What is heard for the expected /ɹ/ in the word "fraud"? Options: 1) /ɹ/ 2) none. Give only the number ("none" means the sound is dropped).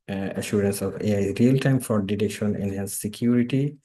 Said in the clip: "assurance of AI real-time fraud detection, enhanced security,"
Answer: 2